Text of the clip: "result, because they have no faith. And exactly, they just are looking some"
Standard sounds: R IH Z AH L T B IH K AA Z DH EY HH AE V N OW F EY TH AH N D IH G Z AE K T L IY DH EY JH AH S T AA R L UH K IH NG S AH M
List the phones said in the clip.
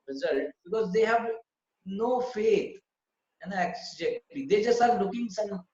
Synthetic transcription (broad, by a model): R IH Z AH L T B IH K AA Z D EY HH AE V N OW F EY T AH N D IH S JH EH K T IY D EY JH AH S T AA R L UH K IH NG S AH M